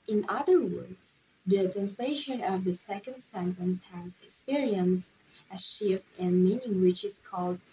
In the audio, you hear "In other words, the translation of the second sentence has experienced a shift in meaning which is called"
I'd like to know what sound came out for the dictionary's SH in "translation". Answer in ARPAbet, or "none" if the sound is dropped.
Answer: SH